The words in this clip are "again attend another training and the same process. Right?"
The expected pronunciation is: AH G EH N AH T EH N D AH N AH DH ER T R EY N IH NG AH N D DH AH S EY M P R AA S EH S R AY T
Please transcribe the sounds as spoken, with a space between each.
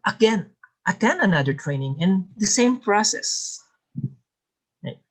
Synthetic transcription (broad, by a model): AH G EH N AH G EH N AH N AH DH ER T R EY N IH NG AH N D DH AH S EY M P R AA S EH S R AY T